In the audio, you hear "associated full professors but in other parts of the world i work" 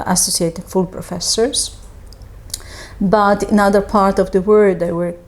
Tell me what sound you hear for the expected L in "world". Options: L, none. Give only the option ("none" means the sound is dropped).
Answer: none